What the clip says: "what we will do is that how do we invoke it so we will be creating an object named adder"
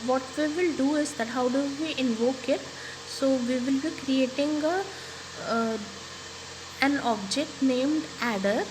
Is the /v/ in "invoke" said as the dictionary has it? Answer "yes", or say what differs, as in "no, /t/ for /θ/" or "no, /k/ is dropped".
yes